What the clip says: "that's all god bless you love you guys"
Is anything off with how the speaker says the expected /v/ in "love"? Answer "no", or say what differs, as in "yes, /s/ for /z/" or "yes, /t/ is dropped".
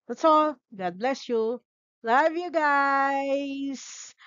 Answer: no